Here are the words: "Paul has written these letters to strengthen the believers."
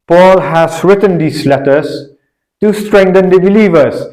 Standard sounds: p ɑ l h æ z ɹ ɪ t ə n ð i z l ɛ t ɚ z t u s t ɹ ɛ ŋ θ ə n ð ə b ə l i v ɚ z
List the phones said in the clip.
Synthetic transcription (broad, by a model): p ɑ l h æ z ɹ ɪ t ə n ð i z l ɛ t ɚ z t u s t ɹ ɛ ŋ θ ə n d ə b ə l i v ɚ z